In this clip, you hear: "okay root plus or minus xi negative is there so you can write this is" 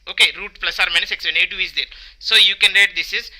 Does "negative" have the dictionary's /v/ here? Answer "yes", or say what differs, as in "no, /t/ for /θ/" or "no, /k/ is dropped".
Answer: no, /v/ is dropped